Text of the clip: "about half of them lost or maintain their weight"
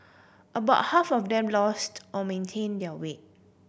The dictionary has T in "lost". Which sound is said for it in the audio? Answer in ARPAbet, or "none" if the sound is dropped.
T